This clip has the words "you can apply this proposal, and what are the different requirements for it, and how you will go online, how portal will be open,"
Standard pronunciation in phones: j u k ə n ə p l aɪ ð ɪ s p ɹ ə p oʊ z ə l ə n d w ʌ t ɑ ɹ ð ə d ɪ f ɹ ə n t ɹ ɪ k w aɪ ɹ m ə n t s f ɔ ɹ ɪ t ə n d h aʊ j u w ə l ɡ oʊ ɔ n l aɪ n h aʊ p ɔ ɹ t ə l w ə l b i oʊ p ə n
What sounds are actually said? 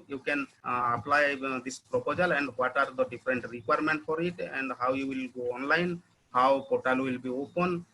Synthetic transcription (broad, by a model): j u k ə n ə p l aɪ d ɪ s p ɹ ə p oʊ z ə l ə n d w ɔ t ɑ ɹ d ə d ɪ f ɹ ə n t ɹ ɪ k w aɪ ɹ m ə n t f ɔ ɹ ɪ t ə n d h aʊ j u w ə l ɡ oʊ ɔ n l aɪ n h aʊ p ɔ ɹ t ə l w ə l b i oʊ p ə n